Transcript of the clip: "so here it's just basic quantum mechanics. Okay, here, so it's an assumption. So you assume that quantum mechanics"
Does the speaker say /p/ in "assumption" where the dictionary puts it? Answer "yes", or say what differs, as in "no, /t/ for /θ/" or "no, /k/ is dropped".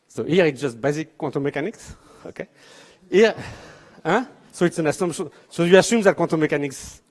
no, /p/ is dropped